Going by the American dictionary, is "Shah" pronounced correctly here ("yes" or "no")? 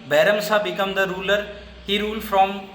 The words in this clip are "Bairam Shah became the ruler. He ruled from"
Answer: no